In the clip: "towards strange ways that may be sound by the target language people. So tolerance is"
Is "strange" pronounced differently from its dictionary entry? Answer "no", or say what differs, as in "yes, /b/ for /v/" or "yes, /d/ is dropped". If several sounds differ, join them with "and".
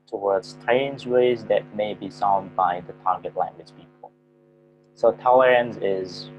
yes, /z/ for /dʒ/